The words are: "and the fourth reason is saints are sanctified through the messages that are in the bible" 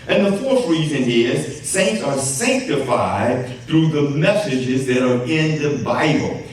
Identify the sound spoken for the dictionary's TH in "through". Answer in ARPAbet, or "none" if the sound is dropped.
TH